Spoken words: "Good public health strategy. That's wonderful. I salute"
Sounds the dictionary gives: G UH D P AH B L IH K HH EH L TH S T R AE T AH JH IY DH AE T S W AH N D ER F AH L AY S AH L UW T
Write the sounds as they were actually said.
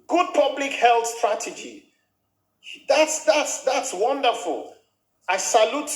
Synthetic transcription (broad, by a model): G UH D P AH B L IH K HH EH L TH S T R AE T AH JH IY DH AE T S W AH N D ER F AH L AY S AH L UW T